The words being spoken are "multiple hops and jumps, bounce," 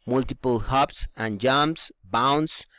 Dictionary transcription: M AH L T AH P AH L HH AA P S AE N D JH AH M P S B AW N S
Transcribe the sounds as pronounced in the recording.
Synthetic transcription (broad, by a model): M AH L T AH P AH L HH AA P S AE N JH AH M S B AW N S